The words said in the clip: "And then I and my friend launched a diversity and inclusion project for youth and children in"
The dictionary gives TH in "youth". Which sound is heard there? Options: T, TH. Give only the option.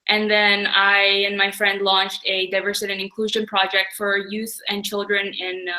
TH